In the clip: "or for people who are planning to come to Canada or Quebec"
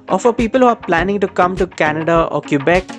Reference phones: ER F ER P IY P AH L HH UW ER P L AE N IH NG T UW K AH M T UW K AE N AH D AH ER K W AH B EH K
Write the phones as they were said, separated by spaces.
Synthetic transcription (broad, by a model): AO F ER P IY P AH L HH UW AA P L AE N IH NG T UW K AH M T UW K AE N AH D AH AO K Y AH B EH K